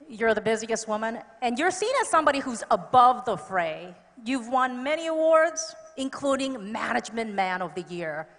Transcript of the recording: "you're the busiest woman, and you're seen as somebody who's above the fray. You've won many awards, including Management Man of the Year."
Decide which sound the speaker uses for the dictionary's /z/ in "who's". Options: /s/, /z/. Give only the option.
/z/